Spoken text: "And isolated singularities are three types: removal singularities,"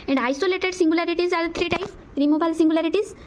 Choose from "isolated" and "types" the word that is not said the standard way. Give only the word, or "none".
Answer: types